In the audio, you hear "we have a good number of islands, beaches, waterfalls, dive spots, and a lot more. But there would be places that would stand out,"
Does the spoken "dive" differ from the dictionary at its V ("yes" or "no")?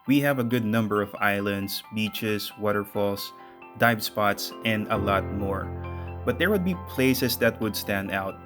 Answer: yes